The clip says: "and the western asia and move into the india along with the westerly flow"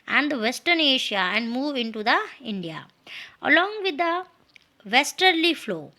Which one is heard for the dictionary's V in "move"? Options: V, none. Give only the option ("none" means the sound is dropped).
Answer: V